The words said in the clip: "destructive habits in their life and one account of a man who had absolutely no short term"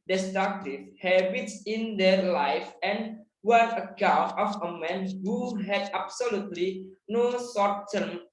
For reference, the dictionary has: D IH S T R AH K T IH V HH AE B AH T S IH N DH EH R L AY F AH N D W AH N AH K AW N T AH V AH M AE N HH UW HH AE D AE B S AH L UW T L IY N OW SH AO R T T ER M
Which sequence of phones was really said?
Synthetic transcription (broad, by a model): D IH S T R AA K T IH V HH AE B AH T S IH N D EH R L AY F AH N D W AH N AH K AW N T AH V AH M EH N HH UW HH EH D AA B S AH L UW T L IY N OW S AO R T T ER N